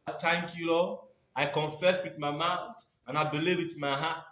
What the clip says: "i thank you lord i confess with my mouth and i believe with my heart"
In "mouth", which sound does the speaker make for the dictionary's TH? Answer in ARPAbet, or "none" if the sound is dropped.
T